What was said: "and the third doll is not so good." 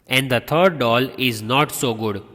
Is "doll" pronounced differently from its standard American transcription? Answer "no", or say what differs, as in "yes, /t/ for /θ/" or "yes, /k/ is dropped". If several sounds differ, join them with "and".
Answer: no